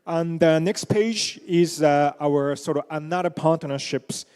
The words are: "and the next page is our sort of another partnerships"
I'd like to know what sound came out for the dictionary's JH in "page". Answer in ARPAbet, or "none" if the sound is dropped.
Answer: JH